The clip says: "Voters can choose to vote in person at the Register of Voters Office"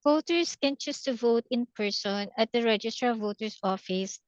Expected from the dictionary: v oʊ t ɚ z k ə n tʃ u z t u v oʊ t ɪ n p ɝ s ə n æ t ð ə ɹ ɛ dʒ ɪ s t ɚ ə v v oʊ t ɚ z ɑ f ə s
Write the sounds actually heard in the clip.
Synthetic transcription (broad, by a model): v oʊ t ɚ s k ə n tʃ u s t u v oʊ t ɪ n p ɝ s ə n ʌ t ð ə ɹ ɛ dʒ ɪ s t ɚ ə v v oʊ t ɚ s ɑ f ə s